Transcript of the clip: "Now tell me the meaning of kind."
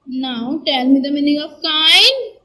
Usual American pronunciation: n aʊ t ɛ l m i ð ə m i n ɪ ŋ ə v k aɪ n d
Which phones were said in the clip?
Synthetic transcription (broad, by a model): n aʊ t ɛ n m i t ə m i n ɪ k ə f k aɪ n